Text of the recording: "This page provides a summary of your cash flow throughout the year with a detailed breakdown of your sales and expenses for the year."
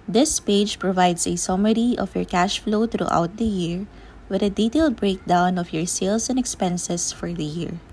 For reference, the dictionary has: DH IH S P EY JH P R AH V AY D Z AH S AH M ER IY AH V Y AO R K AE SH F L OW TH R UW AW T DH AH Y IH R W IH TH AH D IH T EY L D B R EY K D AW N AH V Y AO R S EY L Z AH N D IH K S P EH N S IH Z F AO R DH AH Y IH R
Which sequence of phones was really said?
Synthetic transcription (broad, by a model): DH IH S P EY JH P R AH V AY D S AH S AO M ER IY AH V Y AO R K AE SH F L OW T R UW AW T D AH Y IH R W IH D AH D IH T EY L D B R EY K D AW N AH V Y AO R S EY L S AH N D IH K S P EH N S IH S F AO R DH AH Y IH R